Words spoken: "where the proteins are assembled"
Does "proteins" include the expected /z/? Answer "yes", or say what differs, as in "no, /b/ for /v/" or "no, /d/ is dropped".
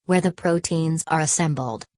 yes